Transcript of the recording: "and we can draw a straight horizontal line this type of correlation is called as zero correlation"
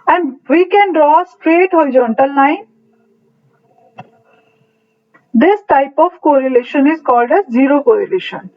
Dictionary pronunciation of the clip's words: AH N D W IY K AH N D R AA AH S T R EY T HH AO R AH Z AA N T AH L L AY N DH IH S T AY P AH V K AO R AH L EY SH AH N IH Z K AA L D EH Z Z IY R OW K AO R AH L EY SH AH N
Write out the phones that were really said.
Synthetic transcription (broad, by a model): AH N D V IY K AH N D R AA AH S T R EY T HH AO R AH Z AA N T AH L N AY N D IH S T AY P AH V K AO R AH L EY SH AH N IH Z K AA L D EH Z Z IY R OW K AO R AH L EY SH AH N